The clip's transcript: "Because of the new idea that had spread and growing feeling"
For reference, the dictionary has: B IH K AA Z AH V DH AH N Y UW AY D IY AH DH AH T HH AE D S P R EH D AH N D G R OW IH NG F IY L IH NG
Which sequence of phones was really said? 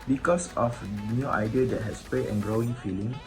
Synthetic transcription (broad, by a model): B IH K AA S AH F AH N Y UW AY D IY AH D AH T HH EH S P L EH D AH N G R OW IH NG F IY L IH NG